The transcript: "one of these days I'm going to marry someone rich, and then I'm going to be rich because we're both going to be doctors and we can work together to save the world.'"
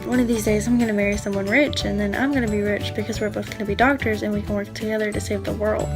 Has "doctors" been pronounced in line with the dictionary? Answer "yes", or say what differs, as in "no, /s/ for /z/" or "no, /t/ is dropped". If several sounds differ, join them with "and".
yes